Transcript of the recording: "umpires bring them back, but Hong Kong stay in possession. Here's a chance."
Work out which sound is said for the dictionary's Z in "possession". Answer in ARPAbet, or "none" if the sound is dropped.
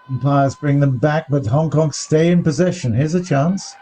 Z